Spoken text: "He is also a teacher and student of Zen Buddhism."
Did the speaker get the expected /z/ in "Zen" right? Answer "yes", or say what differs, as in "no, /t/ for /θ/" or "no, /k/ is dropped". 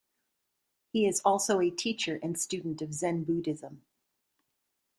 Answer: yes